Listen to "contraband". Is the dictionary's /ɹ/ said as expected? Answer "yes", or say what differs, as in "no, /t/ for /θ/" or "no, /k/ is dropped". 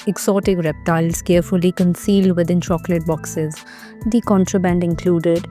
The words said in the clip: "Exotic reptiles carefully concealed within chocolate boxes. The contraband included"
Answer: yes